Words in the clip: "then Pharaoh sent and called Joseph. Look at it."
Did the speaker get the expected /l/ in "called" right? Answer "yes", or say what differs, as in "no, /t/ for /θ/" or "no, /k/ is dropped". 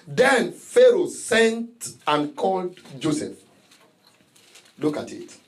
yes